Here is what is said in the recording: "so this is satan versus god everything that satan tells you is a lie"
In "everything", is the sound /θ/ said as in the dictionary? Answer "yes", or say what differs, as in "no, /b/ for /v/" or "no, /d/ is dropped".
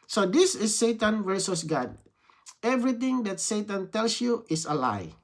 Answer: no, /t/ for /θ/